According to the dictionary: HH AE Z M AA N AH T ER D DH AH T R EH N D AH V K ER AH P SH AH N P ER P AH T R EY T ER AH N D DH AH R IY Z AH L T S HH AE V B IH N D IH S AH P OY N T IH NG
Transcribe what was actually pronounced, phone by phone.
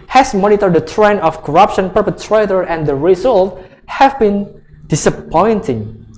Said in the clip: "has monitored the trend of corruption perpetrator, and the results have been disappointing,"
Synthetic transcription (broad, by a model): HH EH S M AA N AH T ER D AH T R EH N AH F K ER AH P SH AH N P ER P AH T R EY T ER AH N D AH R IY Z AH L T HH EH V B IH N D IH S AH P OY N T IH NG